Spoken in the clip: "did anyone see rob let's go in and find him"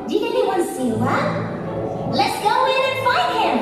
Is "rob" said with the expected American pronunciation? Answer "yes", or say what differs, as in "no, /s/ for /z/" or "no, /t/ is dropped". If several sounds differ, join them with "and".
no, /w/ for /ɹ/